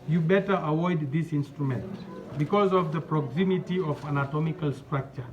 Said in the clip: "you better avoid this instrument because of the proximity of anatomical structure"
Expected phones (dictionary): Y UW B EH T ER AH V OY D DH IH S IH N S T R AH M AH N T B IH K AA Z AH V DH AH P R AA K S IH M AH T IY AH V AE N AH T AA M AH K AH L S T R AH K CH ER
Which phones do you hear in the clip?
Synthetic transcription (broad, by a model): Y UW B EH T ER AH W OY D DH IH S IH N S T R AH M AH N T B IH K AA Z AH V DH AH P R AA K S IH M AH T IY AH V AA N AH T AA M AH K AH L S T R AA K CH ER